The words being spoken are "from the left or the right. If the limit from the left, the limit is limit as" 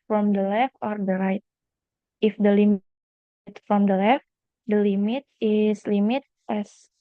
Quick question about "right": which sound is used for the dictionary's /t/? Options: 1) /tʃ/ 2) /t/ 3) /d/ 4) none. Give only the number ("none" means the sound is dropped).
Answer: 2